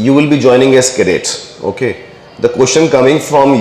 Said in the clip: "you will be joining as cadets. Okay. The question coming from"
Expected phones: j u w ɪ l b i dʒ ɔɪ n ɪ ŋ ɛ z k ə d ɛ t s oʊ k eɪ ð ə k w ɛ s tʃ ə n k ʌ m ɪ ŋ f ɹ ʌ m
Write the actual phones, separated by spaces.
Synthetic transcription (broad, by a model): j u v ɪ l b i dʒ ɔɪ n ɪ ŋ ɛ s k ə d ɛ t oʊ k eɪ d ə k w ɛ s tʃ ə n k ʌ m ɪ ŋ f ɹ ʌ m